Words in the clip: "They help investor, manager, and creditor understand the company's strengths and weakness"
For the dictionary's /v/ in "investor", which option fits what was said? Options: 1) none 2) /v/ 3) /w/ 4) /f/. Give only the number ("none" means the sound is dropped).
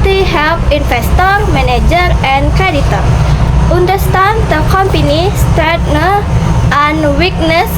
4